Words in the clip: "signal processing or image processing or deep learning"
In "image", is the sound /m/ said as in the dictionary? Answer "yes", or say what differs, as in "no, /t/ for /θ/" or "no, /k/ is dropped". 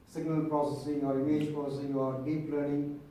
no, /m/ is dropped